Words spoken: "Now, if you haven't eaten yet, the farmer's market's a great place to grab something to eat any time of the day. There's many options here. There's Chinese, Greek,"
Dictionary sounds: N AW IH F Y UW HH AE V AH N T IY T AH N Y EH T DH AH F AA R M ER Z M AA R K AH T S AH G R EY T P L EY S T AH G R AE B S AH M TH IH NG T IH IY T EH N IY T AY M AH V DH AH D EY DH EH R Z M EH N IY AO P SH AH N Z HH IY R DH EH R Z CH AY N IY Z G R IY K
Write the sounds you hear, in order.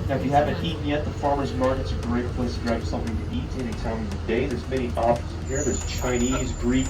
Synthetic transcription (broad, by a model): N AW IH F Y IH HH AE V AH N T IY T N Y EH T DH AH F AA R M ER Z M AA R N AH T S AH G R EY T P L EY S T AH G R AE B S AH M TH IH NG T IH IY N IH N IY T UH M AH V DH AH D EY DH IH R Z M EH IY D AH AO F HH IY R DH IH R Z CH AY N IY Z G R IY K